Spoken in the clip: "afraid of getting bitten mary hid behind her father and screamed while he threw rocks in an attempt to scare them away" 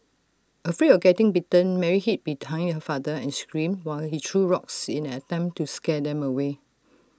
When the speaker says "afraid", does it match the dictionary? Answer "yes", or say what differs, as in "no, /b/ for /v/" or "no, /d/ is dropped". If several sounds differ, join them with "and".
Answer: no, /d/ is dropped